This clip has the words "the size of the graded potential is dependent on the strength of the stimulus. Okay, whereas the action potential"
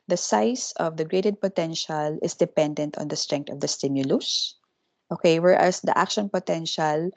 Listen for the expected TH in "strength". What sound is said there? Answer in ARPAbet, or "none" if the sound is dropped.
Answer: T